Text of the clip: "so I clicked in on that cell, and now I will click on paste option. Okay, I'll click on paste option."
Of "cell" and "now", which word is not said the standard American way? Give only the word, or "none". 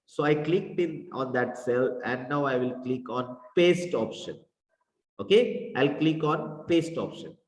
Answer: none